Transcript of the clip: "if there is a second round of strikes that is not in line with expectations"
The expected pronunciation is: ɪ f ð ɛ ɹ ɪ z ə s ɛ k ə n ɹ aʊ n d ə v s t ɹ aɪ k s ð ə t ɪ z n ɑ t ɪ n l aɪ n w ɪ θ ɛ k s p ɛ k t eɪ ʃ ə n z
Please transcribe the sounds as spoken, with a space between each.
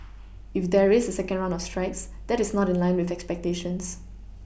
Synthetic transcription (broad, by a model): ɪ f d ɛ ɹ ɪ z ə s ɛ k ə n ɹ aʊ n ə f s t ɹ aɪ k s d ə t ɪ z n ɑ t ɪ n l aɪ n w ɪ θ ɛ k s p ɛ k t eɪ ʃ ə n s